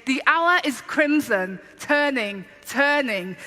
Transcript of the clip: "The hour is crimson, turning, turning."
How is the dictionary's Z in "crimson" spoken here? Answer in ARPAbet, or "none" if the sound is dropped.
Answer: Z